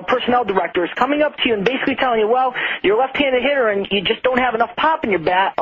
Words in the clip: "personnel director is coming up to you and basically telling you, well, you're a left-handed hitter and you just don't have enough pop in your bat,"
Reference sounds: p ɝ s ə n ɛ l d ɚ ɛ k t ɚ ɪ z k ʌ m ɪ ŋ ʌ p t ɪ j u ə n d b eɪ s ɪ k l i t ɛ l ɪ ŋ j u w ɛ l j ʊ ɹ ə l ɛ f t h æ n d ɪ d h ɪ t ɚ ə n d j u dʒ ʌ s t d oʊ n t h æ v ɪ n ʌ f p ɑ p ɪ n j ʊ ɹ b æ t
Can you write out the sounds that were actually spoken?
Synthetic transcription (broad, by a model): p ɝ s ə n ɛ l d ɚ ɛ k t ɚ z k ʌ m ɪ ŋ ʌ p t ɪ j u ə n b eɪ s ɪ k l i t ɛ l ɪ ŋ j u w ɛ l j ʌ ɹ l ɛ f t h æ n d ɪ h ɪ t ɚ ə n j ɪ dʒ ʌ s d oʊ n t h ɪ v ɪ n ʌ f p ɑ p n j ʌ ɹ b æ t